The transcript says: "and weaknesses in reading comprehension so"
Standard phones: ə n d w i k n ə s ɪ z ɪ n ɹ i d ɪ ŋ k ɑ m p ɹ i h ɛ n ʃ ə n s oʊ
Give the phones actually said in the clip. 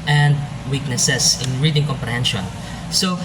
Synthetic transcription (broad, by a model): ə n d w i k n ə s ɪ s ɪ n ɹ i d ɪ ŋ k ɑ m p ɹ i h ɛ n ʃ ə n s oʊ